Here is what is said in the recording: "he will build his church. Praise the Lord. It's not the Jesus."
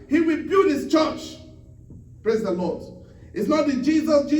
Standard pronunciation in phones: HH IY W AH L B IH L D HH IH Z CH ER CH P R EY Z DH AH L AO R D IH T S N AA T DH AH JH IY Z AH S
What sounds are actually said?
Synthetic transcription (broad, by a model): HH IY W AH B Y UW D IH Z CH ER CH P R EY Z DH AH L AO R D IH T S N AA T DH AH JH IY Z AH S